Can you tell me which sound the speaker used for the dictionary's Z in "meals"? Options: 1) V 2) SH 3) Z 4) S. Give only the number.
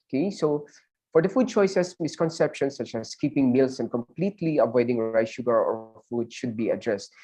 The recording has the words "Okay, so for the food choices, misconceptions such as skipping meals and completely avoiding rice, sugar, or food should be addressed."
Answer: 4